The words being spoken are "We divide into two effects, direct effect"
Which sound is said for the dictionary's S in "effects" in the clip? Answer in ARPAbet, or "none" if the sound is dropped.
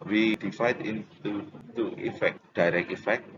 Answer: none